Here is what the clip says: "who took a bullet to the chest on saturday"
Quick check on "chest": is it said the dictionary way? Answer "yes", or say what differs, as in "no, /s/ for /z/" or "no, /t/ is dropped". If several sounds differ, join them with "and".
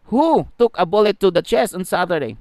no, /t/ is dropped